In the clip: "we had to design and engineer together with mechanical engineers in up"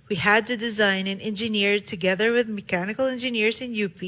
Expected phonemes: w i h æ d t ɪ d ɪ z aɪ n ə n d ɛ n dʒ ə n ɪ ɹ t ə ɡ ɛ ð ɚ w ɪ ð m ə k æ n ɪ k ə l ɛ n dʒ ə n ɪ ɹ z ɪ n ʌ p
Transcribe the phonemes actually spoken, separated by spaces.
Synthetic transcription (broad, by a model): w i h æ d t ɪ d ɪ z aɪ n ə n ɛ n dʒ ə n ɪ ɹ t ə ɡ ɛ ð ɚ w ɪ ð m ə k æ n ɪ k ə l ɛ n dʒ ə n ɪ ɹ z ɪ n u p